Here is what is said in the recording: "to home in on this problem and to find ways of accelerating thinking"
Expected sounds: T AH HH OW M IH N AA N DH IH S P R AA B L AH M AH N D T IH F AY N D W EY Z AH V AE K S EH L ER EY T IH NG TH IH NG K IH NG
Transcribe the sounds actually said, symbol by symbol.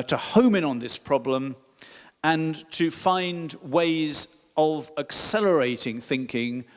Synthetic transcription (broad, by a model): T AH HH OW M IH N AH N DH IH S P R AA B L AH M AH N T IH F AY N D W EY Z AH V AE K S EH L ER EY T IH NG TH IH NG K IH NG